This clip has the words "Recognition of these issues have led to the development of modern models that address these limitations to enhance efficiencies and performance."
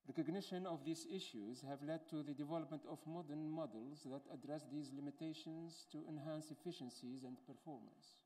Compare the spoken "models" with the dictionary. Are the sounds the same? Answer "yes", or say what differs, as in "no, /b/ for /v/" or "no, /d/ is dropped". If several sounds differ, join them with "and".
yes